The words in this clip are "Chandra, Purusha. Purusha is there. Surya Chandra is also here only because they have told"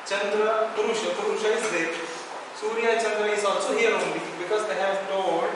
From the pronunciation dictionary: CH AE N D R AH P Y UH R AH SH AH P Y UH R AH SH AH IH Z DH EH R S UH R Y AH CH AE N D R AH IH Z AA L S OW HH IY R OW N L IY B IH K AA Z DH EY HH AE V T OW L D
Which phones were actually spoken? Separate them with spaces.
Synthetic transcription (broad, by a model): CH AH N D R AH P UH R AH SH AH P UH R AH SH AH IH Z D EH S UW R Y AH CH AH N D R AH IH S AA S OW HH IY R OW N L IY B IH K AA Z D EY HH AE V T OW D